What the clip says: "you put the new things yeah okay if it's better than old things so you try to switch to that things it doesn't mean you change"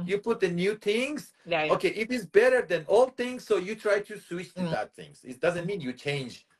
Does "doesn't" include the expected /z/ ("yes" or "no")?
yes